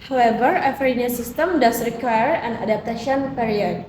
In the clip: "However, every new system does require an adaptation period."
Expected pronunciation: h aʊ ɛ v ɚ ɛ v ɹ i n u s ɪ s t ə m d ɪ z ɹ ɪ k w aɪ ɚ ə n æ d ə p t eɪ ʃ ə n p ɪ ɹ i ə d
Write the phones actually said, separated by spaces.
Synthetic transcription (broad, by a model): h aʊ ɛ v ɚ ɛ f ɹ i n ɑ s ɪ s t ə m d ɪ s ɹ ɪ k w aɪ ɚ ə n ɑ d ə p t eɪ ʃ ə n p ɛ ɹ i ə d